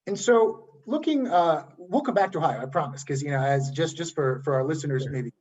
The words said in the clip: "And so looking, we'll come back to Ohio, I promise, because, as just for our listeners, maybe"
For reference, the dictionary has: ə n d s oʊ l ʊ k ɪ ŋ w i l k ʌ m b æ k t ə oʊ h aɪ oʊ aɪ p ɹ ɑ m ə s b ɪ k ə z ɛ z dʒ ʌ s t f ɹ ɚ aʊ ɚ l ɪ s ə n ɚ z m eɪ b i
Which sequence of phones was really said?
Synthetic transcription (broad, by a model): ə n s oʊ l ʊ k ɪ ŋ w i l k ʌ m b æ k t ə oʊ h aɪ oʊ aɪ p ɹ ɑ m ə s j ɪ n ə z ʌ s dʒ ʌ s t f ɹ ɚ aʊ ɚ l ɪ s ə n ɚ z m eɪ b i